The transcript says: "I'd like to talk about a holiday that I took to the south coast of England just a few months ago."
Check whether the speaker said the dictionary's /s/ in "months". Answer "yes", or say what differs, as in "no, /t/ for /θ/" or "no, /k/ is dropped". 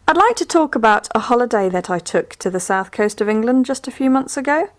yes